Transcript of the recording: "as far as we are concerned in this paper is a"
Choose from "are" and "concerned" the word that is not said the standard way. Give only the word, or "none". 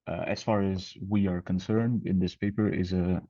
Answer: none